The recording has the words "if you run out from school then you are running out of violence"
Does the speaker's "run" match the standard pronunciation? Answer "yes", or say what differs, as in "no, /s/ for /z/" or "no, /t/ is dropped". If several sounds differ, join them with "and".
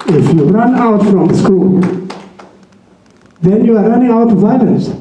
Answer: yes